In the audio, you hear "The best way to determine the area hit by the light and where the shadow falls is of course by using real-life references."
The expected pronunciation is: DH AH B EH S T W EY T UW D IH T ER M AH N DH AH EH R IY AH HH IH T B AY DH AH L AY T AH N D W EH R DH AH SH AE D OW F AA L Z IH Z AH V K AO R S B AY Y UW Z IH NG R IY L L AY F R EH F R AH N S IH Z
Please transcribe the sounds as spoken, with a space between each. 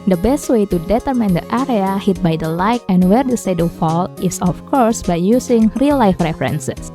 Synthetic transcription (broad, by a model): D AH B EH S T W EY T UW D IH T ER M AH N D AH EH R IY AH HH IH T B AY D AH L AY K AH N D W EH R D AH S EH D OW F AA L IH S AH F K AO R S B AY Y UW S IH NG R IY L L AY F R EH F R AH N S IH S